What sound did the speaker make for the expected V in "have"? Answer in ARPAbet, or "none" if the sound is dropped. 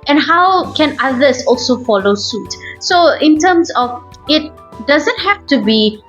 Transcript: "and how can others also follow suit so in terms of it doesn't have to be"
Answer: F